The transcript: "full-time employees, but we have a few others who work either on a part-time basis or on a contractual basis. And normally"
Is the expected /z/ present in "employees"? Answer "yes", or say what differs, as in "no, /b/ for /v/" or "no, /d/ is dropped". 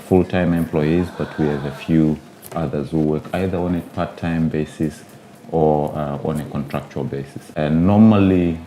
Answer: yes